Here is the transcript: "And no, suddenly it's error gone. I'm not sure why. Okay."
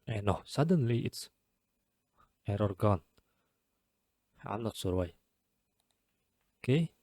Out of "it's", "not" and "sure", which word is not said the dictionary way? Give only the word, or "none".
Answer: sure